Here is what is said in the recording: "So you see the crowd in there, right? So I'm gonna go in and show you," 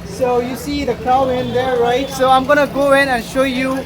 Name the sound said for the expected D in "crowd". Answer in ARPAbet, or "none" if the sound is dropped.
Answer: none